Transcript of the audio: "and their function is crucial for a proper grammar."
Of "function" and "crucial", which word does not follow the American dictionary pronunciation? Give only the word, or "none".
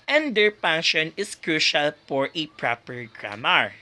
function